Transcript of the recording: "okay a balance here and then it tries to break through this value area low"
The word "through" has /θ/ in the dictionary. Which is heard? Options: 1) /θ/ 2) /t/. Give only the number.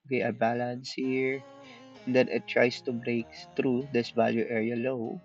2